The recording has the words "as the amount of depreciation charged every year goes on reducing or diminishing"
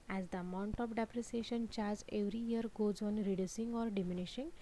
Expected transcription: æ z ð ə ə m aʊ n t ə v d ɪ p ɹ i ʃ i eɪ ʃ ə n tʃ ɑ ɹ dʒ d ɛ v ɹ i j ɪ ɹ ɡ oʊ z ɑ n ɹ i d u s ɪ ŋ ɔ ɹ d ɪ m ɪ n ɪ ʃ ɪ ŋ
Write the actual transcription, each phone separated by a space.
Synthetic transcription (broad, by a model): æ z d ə ə m aʊ n t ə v d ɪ p ɹ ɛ s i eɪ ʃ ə n tʃ ɑ ɹ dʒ ɛ v ɹ i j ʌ ɹ ɡ oʊ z ɑ n ɹ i d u s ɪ ŋ ɔ ɹ d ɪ m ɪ n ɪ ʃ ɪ ŋ